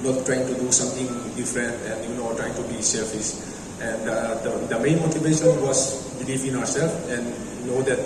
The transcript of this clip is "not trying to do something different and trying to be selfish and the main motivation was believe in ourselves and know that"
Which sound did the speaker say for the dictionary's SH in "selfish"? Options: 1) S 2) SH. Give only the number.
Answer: 1